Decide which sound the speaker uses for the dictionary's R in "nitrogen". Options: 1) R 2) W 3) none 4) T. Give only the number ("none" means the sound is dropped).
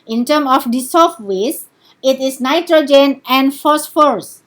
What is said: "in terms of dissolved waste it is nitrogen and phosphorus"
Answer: 1